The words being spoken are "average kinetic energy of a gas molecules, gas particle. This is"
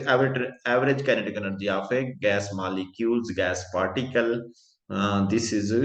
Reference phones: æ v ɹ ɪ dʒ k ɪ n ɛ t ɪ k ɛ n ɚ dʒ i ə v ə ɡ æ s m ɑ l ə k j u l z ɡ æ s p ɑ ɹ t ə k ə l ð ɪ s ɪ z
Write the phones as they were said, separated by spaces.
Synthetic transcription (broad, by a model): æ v ɹ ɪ dʒ k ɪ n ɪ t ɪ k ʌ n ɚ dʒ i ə f ə ɡ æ s m ɑ l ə k j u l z ɡ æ s p ɑ ɹ t ə k ə l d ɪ s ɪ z